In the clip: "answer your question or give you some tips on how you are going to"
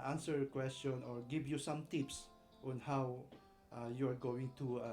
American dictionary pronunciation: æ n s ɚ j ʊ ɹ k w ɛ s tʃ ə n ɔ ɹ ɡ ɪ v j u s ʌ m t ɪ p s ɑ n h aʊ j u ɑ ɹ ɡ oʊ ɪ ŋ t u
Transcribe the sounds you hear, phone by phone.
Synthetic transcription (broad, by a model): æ n s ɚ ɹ k w ɛ s tʃ ə n ɔ ɹ ɡ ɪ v j u s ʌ m t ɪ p s ɑ n h aʊ j u ɑ ɹ ɡ oʊ ɪ ŋ t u